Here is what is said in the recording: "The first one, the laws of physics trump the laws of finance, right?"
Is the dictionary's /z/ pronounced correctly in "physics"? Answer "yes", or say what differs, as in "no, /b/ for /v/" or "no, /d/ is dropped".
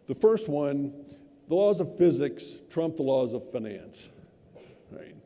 yes